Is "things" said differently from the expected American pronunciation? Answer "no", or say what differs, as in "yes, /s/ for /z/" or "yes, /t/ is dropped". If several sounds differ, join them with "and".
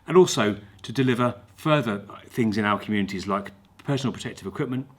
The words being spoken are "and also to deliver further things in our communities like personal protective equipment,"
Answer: no